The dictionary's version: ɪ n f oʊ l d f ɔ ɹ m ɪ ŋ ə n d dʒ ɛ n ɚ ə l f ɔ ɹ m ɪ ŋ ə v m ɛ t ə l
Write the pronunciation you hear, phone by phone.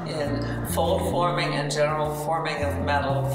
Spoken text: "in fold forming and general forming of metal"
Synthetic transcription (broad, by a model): ɪ n f oʊ l d f ɔ ɹ m ɪ ŋ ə n dʒ ɛ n ɚ l f ɔ ɹ m ɪ ŋ ə v m ɛ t l